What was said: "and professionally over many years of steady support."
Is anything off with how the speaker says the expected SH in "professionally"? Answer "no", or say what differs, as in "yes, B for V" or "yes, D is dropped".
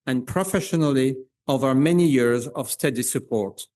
no